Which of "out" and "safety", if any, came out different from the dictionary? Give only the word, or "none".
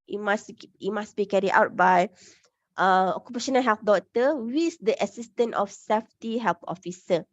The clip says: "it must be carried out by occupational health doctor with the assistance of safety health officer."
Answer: none